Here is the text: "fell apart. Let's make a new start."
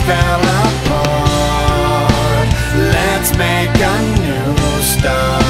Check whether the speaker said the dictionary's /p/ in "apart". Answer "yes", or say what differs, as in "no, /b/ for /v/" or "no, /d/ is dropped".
no, /f/ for /p/